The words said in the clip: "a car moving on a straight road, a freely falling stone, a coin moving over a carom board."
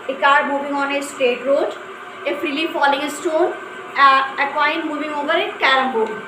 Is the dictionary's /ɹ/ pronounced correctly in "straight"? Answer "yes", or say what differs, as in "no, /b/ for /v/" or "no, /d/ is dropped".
no, /ɹ/ is dropped